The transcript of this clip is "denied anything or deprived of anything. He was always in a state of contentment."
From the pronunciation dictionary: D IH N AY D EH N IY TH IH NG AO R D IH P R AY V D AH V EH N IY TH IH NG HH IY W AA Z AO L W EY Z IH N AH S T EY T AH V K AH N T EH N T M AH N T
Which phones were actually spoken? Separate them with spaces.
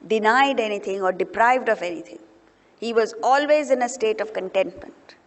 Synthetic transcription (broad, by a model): D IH N AY D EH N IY T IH NG AO R D IH P R AY V D AH V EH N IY T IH NG HH IY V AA Z AO L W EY Z IH N AH S T EY T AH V K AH N T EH N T M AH N T